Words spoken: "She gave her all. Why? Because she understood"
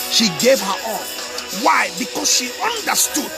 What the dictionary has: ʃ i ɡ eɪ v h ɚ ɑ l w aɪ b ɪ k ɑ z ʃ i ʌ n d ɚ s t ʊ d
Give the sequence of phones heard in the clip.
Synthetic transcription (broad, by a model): ʃ i ɡ eɪ v h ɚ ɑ n w aɪ b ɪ k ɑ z ʃ i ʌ n d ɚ s t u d